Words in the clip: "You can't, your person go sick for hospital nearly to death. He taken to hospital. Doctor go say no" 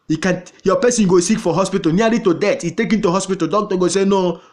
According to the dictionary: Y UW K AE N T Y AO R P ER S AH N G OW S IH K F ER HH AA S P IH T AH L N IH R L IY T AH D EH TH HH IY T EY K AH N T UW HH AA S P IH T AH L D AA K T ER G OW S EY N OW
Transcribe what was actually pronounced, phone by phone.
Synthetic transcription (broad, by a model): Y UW K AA N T Y AO P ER S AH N G OW S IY K F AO HH AA S P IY T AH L N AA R IY T AH D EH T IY T EY K AH N T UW HH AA S P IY T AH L D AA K T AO G OW S EY N OW